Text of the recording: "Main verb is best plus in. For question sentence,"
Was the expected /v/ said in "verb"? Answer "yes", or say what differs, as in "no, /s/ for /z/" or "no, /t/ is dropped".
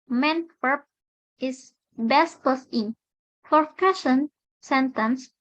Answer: no, /w/ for /v/